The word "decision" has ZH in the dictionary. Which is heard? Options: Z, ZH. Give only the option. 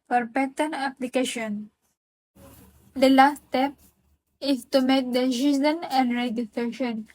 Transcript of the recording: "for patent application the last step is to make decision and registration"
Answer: Z